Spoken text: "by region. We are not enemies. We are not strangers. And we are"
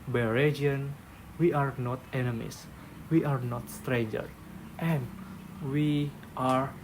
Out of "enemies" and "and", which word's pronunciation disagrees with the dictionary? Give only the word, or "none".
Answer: enemies